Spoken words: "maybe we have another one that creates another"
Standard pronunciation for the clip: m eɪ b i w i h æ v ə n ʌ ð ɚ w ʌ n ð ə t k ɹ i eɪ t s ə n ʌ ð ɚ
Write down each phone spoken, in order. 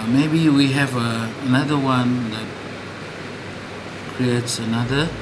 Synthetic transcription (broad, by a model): m eɪ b i w i h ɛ v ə n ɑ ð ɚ w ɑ n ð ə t k ɹ i eɪ t s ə n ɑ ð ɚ